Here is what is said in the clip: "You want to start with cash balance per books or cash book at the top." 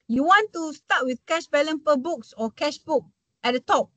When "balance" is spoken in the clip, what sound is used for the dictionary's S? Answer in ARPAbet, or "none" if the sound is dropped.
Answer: none